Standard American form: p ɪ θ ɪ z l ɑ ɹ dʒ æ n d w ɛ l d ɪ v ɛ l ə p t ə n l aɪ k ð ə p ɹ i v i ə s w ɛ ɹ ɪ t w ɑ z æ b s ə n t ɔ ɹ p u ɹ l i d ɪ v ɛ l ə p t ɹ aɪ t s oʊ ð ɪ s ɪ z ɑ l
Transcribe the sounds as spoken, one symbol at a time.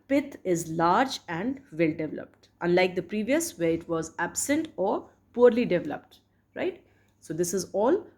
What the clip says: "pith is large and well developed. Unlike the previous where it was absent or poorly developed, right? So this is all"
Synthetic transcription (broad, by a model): p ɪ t ɪ z l ɑ ɹ dʒ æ n d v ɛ l d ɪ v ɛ l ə p t ə n l aɪ k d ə p ɹ i v i ə s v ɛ ɹ ɪ t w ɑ z æ b s ə n t ɔ ɹ p u ɹ l i d ɪ v ɛ l ə p t ɹ aɪ t s oʊ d ɪ s ɪ z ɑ l